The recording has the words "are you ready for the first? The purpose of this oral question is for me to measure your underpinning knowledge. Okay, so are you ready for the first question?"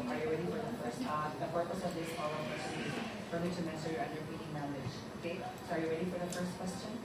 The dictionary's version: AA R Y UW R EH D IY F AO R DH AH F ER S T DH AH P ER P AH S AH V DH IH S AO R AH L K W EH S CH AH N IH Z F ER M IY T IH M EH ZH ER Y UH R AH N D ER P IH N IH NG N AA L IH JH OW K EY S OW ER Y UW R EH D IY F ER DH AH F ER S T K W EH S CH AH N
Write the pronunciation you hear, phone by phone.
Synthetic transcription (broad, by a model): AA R Y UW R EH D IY F AO R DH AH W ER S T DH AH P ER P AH S AH V DH IH S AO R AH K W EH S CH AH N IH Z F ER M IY T IH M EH S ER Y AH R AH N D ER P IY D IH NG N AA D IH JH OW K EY S OW ER Y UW R EH D IY F ER DH AH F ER S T K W EH S CH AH N